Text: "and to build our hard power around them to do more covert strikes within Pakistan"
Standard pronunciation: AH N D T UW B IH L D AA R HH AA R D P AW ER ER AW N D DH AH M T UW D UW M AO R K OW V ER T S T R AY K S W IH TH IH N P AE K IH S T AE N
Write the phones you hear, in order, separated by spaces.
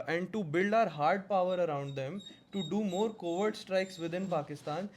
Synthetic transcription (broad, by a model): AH N D T UW B IH L D AA R HH AA R D P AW ER ER AW N D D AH M T UW D UW M AO R K OW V ER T S T R AY K S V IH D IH N P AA K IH S T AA N